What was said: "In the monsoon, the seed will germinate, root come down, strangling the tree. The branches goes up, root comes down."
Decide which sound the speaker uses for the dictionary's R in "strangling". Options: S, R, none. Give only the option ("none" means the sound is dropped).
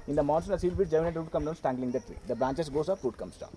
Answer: none